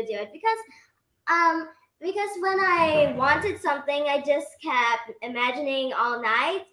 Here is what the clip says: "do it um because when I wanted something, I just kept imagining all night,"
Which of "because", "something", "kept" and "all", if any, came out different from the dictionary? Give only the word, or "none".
none